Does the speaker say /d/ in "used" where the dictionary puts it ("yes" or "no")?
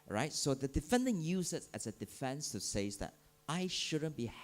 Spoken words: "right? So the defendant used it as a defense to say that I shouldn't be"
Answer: no